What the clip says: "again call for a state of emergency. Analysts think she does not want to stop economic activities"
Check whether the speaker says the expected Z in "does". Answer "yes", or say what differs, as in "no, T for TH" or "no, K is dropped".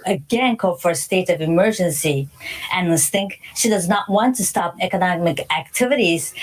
yes